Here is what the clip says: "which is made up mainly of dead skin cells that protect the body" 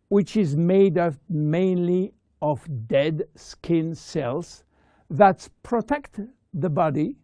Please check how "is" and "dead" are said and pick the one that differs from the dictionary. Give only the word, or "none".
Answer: none